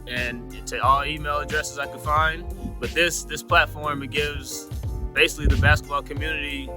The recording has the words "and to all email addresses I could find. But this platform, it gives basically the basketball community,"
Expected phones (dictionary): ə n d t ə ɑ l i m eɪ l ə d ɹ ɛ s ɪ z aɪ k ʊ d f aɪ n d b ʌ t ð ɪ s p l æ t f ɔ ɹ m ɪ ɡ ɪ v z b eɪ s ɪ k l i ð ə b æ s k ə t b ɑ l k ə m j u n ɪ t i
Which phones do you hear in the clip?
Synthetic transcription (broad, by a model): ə n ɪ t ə ɑ l i m eɪ l ə d ɹ ɛ s ɪ z aɪ k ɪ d f aɪ n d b ʌ t ð ɪ s p l æ t f ɔ ɹ m ɪ ɡ ɪ v z b eɪ s ɪ k l i ð ə b æ s k ə t b ɑ l k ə m j u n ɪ t i